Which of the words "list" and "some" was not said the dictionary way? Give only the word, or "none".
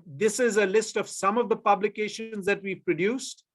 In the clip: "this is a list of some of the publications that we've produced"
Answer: none